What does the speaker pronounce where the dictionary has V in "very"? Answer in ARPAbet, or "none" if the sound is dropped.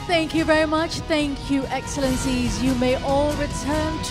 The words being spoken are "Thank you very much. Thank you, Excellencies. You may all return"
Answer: V